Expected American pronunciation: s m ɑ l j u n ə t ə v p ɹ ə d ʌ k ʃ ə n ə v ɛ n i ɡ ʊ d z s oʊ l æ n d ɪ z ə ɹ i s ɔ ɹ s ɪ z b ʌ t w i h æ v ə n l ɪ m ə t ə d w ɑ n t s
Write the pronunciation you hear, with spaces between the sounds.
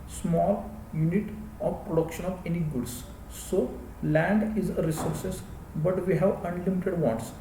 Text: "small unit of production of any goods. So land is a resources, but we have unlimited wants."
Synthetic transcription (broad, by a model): s m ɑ l j u n ə t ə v p ɹ ə d ʌ k ʃ ə n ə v ɛ n i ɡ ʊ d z s oʊ l æ n d ɪ z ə ɹ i s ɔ ɹ s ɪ s b ʌ t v i h æ v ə n l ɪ m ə t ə d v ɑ n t s